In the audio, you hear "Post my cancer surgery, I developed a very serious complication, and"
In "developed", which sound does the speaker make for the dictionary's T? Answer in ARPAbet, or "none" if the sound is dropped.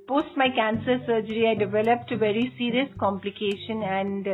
T